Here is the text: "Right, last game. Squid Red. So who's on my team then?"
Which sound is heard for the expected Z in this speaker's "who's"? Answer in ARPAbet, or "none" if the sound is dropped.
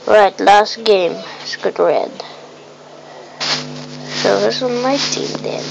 S